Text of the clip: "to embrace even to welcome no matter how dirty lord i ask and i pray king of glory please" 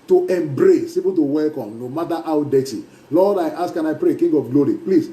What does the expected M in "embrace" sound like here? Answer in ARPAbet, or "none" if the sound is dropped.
M